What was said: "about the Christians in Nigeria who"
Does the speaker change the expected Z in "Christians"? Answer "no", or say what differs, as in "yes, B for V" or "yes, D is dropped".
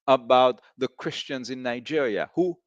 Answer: no